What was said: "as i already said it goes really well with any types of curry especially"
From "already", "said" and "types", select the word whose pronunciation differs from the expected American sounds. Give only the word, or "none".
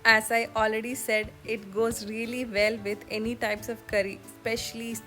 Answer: none